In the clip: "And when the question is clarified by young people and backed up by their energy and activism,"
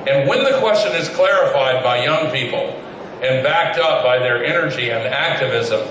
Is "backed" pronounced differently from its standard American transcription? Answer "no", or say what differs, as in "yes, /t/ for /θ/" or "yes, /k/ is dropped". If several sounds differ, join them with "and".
no